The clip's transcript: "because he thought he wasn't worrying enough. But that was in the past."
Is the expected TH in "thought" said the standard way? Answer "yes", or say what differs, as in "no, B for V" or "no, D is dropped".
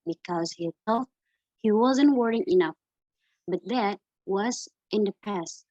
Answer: no, S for TH